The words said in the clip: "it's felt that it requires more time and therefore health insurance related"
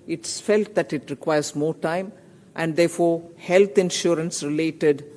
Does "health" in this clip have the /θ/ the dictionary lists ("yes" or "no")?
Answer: no